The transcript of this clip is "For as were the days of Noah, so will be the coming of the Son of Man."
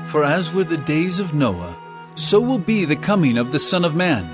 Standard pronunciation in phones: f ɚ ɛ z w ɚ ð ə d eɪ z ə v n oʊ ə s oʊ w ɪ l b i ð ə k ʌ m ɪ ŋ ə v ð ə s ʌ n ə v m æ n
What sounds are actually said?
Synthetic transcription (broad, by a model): f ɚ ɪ z w ɚ ð ə d eɪ z ə v n oʊ ə s oʊ w ɪ l b i ð ə k ʌ m ɪ ŋ ə v ð ə s ʌ n ə v m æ n